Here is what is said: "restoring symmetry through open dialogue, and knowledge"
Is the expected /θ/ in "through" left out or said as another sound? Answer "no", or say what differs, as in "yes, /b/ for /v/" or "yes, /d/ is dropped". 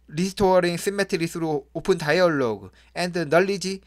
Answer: yes, /s/ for /θ/